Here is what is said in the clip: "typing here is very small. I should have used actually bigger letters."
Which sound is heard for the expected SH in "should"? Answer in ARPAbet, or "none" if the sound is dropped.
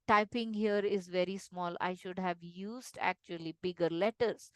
SH